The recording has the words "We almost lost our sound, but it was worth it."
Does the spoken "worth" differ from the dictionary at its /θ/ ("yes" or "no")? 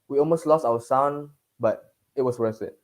yes